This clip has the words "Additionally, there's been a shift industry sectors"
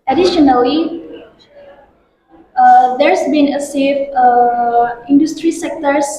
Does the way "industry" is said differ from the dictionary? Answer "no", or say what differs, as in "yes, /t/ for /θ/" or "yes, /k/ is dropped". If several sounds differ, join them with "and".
no